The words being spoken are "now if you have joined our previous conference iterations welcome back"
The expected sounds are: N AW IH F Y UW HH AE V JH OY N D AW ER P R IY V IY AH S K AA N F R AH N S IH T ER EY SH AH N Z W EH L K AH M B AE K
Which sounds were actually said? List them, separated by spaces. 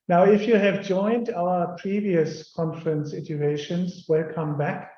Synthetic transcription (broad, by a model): N AW IH F Y UW HH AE V JH OY N D AW ER P R IY V IY AH S K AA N F R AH N S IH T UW EY SH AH N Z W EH L K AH M B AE K